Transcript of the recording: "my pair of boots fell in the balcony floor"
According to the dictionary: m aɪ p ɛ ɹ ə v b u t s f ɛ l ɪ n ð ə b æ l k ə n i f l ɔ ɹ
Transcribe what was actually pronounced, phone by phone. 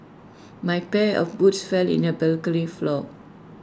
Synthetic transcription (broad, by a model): m aɪ p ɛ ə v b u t s f ɛ l ɪ n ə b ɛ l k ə l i f l ɔ